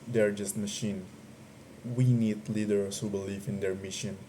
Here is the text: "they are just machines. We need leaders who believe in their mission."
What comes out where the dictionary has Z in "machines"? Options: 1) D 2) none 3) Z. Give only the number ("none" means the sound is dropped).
2